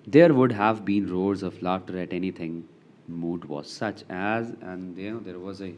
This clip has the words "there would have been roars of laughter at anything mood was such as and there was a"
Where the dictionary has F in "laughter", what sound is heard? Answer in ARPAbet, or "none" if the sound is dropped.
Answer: none